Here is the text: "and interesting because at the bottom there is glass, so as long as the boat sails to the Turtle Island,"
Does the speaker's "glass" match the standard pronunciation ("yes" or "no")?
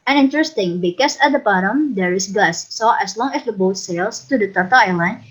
no